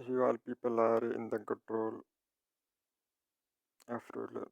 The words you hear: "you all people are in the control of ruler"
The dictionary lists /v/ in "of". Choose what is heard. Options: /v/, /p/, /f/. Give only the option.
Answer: /f/